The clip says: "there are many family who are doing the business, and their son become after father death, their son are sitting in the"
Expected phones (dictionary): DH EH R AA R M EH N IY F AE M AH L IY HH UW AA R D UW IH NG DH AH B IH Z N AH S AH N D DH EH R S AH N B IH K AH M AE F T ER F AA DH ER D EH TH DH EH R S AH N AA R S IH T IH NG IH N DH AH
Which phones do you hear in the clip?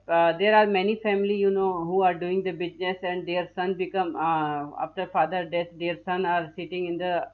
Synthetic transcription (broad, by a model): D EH R AA R M EH N IY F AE M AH N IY HH UW AA R D UW IH NG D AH B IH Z N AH S AH N D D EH R S AH N B IH K AH M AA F T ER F AA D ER D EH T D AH R S AH N AA R S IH T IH NG IH N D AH